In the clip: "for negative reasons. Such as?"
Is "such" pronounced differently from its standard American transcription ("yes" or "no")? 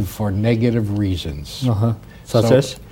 yes